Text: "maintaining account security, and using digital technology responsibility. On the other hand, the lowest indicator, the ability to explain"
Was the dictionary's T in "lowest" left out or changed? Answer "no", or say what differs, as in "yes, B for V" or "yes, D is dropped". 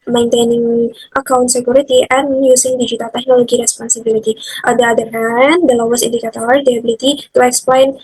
yes, T is dropped